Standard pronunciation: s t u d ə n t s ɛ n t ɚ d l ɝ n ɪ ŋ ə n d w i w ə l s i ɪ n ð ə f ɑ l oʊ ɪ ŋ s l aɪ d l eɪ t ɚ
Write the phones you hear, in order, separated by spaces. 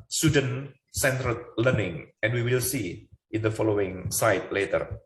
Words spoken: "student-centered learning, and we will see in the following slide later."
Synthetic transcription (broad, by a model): s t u d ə n s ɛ n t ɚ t l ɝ n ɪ ŋ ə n w i w ə l s i ɪ n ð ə f ɑ l oʊ ɪ ŋ s aɪ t l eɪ t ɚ